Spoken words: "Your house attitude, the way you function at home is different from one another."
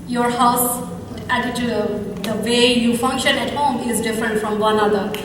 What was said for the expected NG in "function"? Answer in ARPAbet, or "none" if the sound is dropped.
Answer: NG